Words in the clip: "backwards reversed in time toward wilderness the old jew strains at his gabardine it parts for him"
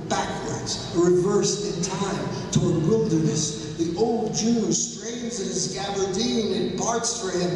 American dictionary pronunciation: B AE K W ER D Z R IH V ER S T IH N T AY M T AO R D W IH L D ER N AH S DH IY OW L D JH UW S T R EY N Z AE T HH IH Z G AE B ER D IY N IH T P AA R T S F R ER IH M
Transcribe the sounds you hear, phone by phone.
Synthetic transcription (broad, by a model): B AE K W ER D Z R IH V ER S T IH N T AY M T AO R D W IH L D ER N AH S DH IY OW L D JH UW S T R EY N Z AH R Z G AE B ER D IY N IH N P AA R T S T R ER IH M